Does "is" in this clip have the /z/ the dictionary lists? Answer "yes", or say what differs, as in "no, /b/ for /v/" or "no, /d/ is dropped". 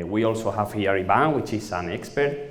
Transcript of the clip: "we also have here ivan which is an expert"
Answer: no, /s/ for /z/